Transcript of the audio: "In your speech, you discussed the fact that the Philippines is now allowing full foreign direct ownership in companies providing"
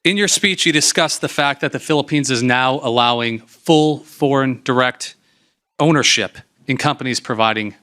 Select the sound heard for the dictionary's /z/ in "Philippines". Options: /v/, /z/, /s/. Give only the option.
/z/